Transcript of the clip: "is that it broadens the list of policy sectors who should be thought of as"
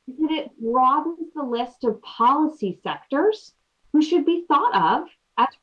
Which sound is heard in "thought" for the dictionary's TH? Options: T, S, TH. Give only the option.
TH